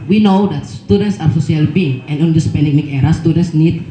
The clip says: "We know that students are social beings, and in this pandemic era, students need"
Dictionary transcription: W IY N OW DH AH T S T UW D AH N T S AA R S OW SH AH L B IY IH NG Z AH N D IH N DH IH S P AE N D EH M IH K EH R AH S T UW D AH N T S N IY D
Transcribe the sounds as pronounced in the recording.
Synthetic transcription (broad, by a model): W IY N OW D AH T S T UW D AH N T S AA R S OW S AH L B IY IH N AH N D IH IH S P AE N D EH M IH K EH R AH S T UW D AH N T S N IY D